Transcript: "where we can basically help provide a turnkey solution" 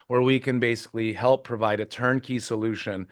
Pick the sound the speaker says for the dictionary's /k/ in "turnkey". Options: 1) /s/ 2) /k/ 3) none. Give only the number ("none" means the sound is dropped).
2